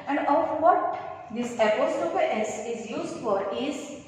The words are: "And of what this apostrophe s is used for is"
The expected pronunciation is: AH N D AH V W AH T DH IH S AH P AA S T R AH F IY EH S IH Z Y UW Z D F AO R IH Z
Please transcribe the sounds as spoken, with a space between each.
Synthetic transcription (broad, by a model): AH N D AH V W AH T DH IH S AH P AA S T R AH P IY EH S IH Z Y UW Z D F AO R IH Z